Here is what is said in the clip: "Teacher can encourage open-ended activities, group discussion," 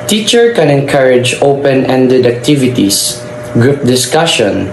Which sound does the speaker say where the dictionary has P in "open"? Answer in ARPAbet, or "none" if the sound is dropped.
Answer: P